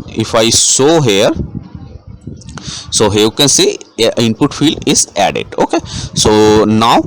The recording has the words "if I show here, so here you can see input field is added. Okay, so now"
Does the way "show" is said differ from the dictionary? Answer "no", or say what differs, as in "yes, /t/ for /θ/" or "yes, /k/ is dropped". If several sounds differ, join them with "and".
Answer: yes, /s/ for /ʃ/